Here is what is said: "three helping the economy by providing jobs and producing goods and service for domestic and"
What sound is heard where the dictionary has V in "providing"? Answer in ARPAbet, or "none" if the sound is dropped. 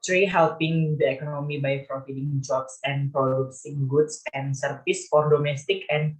F